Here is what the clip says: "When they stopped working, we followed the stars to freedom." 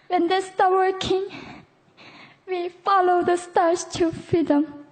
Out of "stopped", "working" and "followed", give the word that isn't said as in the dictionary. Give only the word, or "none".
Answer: stopped